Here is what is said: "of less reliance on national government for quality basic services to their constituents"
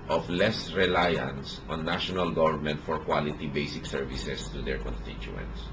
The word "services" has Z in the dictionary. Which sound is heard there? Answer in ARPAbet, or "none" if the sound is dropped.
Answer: S